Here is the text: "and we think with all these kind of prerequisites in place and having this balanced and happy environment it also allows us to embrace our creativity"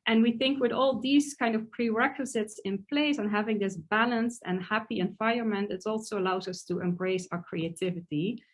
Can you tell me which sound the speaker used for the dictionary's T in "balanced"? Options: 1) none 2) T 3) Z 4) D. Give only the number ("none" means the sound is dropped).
2